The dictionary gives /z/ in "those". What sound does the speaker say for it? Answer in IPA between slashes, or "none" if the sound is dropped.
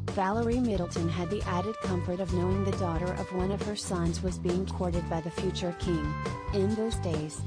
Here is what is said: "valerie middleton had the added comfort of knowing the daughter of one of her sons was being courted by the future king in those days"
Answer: /z/